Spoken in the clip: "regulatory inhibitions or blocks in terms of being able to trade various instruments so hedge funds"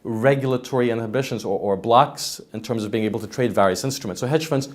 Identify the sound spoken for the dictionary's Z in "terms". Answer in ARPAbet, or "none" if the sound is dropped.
Z